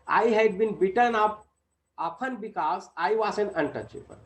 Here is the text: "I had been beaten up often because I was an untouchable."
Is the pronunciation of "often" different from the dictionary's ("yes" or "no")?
yes